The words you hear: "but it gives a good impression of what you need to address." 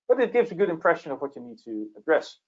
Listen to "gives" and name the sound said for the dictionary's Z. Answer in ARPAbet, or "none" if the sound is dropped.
Z